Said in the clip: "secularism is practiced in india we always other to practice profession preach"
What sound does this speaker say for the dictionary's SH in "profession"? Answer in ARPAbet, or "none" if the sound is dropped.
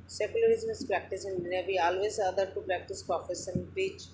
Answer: S